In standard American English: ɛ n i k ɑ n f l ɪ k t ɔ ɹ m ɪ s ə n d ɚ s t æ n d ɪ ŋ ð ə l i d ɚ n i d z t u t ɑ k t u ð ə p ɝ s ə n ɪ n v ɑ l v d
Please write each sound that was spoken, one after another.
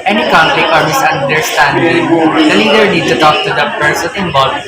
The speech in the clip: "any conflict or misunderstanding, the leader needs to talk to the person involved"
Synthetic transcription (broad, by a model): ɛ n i k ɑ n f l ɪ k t ɔ ɹ m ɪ s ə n d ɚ s t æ n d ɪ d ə n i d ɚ n i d t u t ɑ k t u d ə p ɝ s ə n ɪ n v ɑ l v